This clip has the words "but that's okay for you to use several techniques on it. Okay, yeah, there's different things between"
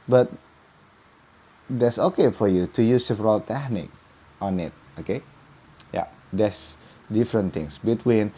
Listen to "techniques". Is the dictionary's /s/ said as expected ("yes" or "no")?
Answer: no